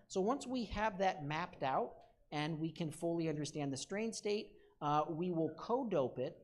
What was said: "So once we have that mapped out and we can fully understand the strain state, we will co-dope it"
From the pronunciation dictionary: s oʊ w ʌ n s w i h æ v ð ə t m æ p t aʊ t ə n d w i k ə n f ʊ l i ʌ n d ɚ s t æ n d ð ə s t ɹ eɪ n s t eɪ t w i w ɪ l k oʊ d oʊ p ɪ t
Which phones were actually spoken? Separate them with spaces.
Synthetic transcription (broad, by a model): s oʊ w ʌ n s w i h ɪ v ð ə t m æ p t aʊ t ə n w i k ə n f ʊ l i ʌ n d ɚ s t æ n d ð ə s t ɹ eɪ n s t eɪ t w i w ɪ l k oʊ d oʊ p ɪ t